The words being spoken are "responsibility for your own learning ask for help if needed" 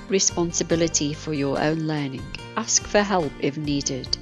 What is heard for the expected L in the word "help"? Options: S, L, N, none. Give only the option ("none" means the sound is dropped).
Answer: L